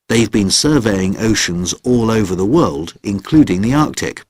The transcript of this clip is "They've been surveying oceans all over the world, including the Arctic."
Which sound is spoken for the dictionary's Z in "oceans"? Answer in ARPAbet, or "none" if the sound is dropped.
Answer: Z